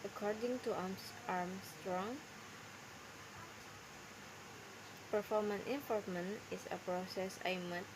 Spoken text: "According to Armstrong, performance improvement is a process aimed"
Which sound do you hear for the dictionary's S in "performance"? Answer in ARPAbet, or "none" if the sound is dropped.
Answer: none